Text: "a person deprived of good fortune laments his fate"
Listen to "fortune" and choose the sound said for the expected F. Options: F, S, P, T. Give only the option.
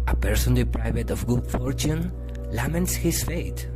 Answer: F